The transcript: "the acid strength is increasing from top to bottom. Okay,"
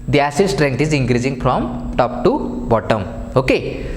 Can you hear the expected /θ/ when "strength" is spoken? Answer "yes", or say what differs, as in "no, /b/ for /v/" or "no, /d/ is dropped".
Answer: no, /t/ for /θ/